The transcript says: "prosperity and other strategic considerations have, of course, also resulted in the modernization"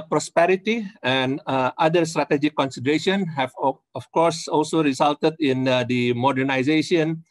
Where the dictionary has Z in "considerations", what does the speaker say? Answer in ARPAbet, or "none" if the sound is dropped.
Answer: none